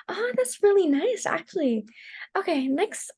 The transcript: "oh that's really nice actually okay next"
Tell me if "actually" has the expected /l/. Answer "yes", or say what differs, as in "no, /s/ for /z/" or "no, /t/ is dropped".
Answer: yes